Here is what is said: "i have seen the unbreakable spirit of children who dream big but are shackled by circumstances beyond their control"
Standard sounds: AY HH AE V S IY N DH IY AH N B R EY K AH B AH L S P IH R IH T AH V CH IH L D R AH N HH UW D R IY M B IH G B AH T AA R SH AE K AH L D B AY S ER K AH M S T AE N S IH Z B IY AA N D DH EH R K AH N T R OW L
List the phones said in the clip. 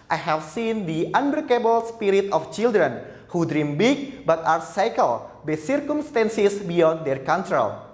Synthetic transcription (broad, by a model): AY HH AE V S IY N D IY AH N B EY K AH B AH L S P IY R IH T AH F CH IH L D R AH N HH UW D R IY M B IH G B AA T AA R S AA K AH L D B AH S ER K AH M S T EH N S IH S B IY AA N D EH R K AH N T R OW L